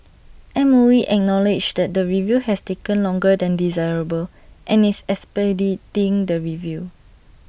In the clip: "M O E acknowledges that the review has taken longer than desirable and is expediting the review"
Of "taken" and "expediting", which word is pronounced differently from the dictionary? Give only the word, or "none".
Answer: expediting